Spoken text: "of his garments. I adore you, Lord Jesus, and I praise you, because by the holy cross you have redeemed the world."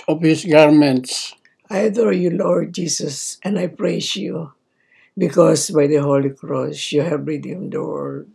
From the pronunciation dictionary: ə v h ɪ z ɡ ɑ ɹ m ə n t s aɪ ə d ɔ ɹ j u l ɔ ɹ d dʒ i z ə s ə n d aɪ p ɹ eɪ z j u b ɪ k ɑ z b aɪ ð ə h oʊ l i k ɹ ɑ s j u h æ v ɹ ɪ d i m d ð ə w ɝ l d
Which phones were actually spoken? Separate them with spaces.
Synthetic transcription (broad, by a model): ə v h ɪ s ɡ ɑ ɹ m ə n t s aɪ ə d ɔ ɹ j u l ɔ ɹ d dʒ i s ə s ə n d aɪ p ɹ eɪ s j u b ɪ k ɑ s b aɪ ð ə h oʊ l i k ɹ ɑ s j u h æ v ɹ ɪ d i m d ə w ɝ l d